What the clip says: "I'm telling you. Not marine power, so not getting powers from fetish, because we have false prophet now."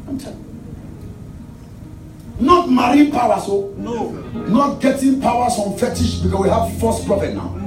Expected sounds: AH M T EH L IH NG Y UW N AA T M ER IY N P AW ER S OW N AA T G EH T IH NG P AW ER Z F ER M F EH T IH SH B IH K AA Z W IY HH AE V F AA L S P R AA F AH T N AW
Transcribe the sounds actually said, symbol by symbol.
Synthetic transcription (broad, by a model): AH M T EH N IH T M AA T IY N P AW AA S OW N AA T G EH T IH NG P AW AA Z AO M F EH T IH SH B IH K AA S W IY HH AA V F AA S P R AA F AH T N AW